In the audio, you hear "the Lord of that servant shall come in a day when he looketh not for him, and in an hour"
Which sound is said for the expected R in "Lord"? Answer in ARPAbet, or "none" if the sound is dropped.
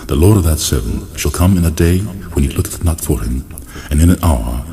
R